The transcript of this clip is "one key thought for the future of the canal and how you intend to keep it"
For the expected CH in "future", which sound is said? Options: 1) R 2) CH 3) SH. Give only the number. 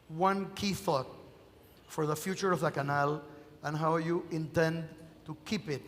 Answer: 2